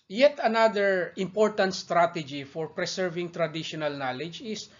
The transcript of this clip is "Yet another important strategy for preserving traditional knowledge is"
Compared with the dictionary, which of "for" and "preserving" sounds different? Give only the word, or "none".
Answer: preserving